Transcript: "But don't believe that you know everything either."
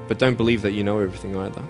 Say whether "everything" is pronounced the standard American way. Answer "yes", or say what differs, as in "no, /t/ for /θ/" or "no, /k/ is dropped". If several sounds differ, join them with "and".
yes